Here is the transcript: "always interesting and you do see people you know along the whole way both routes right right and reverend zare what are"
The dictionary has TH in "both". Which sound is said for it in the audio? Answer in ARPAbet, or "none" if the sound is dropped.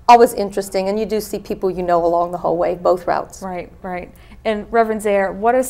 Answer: TH